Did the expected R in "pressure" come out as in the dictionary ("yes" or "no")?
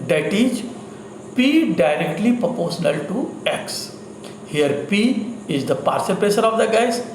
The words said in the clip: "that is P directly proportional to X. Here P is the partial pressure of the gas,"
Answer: no